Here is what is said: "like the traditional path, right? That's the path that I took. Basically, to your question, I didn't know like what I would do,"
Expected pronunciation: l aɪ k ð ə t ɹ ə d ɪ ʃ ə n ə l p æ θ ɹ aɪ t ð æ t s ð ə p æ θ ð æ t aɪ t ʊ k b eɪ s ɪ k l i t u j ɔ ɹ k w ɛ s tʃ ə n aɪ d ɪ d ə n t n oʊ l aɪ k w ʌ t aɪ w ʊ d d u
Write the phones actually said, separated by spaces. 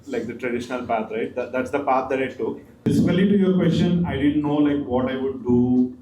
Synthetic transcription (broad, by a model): l aɪ k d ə t ɹ ə d ɪ ʃ ə n ə l p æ t ɹ aɪ t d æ t s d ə p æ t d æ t aɪ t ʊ k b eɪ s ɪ l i t u j ɔ ɹ k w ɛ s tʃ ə n aɪ d ɪ d ə n t n oʊ l aɪ k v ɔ t aɪ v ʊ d d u